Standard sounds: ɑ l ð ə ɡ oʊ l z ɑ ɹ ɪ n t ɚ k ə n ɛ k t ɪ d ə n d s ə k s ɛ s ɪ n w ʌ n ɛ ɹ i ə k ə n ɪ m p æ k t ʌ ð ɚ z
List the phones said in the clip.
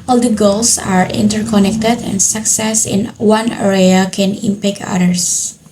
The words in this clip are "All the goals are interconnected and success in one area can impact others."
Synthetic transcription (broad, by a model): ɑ l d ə ɡ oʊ l s ɑ ɹ ɪ n t ɚ k ə n ɛ k t ɪ d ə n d s ə k s ɛ s ɪ n w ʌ n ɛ ɹ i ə k ə n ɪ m p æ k ʌ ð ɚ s